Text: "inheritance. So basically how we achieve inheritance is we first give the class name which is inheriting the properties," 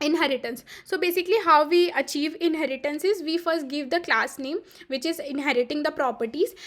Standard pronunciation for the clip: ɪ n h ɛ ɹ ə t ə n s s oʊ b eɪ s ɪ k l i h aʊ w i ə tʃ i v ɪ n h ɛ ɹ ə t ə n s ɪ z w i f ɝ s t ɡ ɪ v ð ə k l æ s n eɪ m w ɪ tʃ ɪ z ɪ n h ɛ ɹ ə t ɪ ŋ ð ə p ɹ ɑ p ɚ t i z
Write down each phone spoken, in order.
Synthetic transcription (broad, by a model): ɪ n h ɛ ɹ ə t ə n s s oʊ b eɪ s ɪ k l i h aʊ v i ə tʃ i v ɪ n h ɛ ɹ ə t ə n s ɪ z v i f ɝ s t ɡ ɪ v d ə k l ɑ s n eɪ m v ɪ tʃ ɪ z ɪ n h ɛ ɹ ə t ɪ ŋ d ə p ɹ ɑ p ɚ t i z